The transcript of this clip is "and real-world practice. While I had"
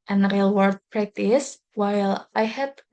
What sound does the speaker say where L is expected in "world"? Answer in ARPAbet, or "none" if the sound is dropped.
none